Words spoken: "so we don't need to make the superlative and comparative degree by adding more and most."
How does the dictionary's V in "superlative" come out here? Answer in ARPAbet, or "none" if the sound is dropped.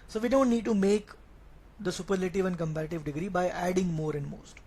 V